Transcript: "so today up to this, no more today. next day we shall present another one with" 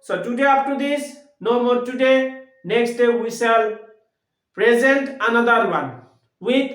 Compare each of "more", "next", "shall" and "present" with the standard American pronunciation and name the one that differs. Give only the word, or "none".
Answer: shall